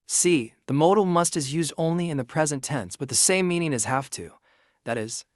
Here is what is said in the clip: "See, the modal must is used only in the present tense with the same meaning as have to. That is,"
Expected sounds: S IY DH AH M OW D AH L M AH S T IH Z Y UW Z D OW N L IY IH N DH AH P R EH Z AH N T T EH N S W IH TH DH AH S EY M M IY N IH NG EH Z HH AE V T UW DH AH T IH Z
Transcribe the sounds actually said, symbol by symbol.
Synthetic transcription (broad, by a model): S IY DH AH M OW D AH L M AH S T IH Z Y UW Z D OW N L IY IH N DH AH P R EH Z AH N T T EH N S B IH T DH AH S EY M M IY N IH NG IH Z HH AE F T UW DH AH T IH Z